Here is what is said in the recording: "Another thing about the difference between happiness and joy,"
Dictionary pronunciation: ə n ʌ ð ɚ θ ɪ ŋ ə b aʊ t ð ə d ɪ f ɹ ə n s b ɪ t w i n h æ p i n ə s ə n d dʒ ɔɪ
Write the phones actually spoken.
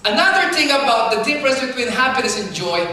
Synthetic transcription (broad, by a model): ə n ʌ ð ɚ θ ɪ ŋ ə b aʊ t ð ə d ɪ p ɹ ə s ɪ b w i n h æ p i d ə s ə n dʒ ɔɪ